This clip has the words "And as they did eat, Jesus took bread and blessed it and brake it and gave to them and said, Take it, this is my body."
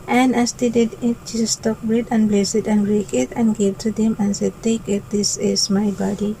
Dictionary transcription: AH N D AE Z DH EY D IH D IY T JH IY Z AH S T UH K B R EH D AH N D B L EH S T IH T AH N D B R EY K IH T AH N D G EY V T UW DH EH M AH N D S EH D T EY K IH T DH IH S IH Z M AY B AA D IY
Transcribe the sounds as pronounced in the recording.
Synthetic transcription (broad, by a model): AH N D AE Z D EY D IH D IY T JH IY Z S T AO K B R EH D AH N B L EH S IH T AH N B R EY K IH T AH N G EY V T UW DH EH M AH N S EH D T EY K IH T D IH S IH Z M AY B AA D IY